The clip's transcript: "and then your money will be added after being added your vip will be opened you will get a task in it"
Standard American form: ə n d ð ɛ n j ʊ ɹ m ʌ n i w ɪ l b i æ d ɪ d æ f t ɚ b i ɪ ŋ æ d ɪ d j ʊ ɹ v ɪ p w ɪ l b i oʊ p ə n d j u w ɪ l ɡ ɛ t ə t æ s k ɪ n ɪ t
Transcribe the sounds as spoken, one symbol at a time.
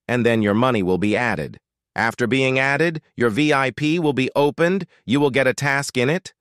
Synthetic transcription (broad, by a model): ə n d ð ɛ n j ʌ ɹ m ʌ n i w ɪ l b i æ d ɪ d æ f t ɚ b i ɪ ŋ æ d ɪ d j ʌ ɹ v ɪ p w ɪ l b i oʊ p ə n d j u w ɪ l ɡ ɛ t ə t æ s k ɪ n ɪ t